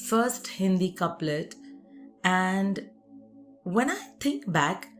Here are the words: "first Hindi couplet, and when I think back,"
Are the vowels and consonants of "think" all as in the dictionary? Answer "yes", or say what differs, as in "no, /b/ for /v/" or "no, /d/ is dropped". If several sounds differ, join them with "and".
no, /t/ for /θ/